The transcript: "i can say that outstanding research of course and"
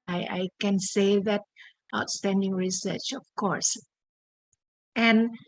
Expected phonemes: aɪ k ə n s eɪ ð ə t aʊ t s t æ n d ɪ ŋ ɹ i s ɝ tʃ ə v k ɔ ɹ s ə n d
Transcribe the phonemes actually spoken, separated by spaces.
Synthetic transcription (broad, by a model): aɪ k ə n s eɪ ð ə t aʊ t s t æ n d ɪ ŋ ɹ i s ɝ tʃ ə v k ɔ ɹ s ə n